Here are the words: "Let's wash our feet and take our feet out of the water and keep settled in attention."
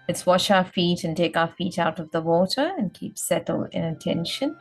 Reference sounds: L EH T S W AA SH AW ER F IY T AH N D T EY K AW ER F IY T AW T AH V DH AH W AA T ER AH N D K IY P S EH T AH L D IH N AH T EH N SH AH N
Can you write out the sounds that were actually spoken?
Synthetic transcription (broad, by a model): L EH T S W AA SH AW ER F IY T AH N T EY K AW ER F IY T AW T AH V DH AH W AA T ER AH N K IY P S EH T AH L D IH N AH T EH N SH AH N